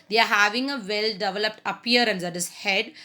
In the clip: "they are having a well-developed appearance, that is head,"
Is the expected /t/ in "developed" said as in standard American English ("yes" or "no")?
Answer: yes